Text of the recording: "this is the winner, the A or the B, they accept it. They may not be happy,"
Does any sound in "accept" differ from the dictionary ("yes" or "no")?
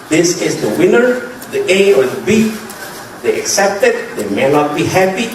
no